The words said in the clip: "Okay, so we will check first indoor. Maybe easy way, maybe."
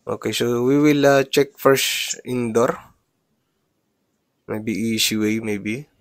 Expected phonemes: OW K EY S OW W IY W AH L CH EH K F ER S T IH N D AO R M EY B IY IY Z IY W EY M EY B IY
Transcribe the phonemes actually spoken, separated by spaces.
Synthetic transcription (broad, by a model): OW K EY S OW W IY W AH L CH EH K F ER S IH N D AO R M EY B IY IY S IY W EY M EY B IY